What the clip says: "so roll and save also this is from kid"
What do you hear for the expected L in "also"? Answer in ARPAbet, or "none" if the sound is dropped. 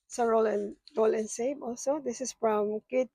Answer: L